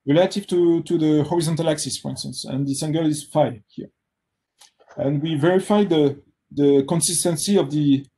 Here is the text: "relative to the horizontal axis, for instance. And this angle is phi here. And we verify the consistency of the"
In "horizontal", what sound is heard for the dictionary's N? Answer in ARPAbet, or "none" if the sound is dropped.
N